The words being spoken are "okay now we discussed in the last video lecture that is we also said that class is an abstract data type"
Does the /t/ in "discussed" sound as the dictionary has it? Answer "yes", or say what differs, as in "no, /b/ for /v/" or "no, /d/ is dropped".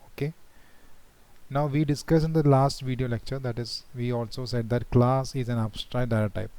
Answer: no, /t/ is dropped